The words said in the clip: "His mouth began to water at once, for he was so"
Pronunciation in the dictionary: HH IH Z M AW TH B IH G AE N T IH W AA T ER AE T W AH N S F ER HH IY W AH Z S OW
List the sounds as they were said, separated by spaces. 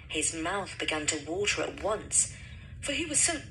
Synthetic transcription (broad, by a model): HH IH Z M AW TH B IH G AE N T IH W AA T ER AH T W AH N S F ER IY W AH Z S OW